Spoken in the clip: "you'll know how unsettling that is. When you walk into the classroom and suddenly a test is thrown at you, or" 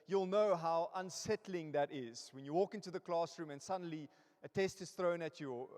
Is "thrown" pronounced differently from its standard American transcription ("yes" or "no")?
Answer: no